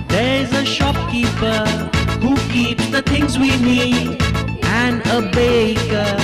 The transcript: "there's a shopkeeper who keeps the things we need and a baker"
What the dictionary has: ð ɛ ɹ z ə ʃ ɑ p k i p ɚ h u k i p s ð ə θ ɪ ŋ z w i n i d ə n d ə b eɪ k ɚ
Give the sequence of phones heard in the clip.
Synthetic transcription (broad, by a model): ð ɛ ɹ z ə ʃ ɑ p k i p ɚ h u k i p s ð ə θ ɪ ŋ z w i n i d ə n ə b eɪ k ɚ